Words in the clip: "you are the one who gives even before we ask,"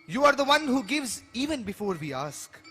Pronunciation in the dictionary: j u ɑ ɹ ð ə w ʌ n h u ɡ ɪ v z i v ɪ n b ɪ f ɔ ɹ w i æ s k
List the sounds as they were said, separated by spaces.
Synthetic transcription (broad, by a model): j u ɑ ɹ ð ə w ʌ n h u ɡ ɪ v z i v ɪ n b ɪ f ɔ ɹ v i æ s k